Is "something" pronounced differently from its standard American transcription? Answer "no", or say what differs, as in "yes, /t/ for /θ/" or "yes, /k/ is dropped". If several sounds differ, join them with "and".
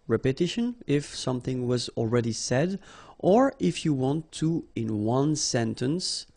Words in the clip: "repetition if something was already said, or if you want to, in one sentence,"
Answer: no